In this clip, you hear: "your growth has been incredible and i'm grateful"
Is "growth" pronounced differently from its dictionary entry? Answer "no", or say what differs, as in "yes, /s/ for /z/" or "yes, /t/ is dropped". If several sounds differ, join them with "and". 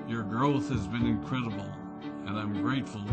no